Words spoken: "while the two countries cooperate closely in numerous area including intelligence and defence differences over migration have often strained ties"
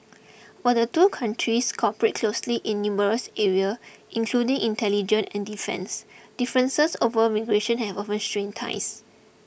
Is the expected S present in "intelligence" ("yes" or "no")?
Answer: no